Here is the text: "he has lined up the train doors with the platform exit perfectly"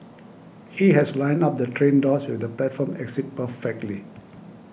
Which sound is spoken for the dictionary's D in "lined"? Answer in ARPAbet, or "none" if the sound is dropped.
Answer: none